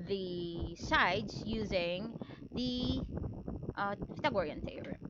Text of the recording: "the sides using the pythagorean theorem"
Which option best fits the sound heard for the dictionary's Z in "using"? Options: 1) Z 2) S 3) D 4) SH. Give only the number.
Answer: 1